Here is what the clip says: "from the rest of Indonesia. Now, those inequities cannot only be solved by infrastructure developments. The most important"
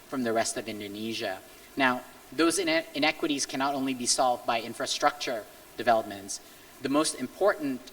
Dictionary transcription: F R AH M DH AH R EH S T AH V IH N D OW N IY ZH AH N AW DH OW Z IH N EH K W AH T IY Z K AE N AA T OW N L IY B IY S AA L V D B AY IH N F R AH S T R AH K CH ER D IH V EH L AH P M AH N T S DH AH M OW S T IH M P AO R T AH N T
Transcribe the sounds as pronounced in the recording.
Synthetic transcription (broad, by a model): F R AH M DH AH R EH S T AH V IH N D OW N IY ZH AH N AW DH OW Z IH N EH K W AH T IY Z K AE N AA T OW N L IY B IY S AA L V D B AY IH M F R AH S T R AH K CH ER D IH V EH L AH P M AH N T S DH AH M OW S T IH M P AO R T N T